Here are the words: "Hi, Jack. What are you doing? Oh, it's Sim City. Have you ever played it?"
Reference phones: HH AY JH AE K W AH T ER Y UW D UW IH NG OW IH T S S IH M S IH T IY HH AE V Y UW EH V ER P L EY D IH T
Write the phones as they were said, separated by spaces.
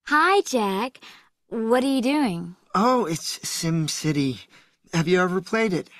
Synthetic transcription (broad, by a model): HH AY JH AE K W AH T ER Y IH D UW IH NG OW IH T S S IH M S IH T IY HH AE V Y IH EH V ER P L EY D IH T